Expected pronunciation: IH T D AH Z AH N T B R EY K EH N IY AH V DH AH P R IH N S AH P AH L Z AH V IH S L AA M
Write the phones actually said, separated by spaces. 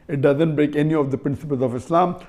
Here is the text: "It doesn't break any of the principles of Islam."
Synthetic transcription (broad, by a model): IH T D AH Z AH N T B R EY K EH N IY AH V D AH P R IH N S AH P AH L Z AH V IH S L AA M